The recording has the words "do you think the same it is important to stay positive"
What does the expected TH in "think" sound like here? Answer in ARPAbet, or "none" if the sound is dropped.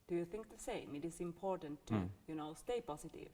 TH